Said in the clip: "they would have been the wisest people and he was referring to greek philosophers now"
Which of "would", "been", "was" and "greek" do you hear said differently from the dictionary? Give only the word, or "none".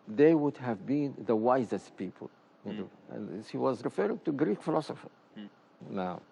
none